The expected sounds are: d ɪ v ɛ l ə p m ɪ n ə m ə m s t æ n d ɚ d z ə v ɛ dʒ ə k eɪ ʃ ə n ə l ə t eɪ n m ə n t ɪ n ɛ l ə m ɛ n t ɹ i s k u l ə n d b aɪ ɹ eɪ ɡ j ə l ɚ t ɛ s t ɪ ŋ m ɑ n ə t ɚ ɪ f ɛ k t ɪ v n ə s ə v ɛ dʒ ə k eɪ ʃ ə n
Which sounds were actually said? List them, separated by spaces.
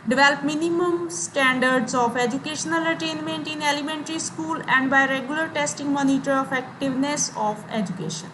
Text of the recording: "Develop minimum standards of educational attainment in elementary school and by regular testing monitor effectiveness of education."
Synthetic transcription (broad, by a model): d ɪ v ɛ l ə p m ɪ n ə m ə m s t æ n d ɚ d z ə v ɛ dʒ ə k eɪ ʃ ə n ə l ə t eɪ n m ə n t ɪ n ɛ l ə m ɛ n t ɹ i s k u l ə n d b aɪ ɹ eɪ ɡ j ə l ɚ t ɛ s t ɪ ŋ m ɑ n ə t ɚ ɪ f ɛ k t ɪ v n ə s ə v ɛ dʒ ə k eɪ ʃ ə n